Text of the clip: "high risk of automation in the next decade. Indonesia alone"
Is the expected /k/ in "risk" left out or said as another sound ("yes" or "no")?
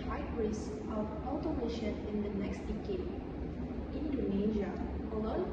yes